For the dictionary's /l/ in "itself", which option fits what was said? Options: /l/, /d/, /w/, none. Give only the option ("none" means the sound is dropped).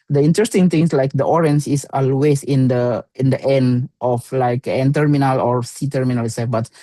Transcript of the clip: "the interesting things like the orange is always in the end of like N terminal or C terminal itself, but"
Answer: none